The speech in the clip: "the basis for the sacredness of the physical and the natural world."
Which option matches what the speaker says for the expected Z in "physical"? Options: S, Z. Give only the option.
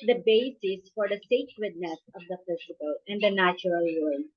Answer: S